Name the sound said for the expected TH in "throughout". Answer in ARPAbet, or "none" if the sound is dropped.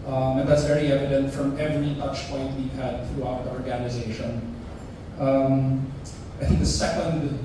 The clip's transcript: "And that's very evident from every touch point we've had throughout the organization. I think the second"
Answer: TH